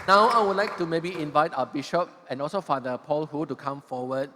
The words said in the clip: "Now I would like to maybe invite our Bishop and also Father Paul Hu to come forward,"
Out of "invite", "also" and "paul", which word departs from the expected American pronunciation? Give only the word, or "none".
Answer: none